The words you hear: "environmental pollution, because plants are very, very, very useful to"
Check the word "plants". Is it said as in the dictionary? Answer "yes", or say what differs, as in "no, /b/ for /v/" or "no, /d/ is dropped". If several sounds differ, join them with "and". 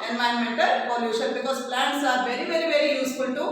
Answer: yes